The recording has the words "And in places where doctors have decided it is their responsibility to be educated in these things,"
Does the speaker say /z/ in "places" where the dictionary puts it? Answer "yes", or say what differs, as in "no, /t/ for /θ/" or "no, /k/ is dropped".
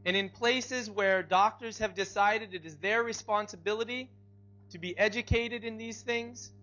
yes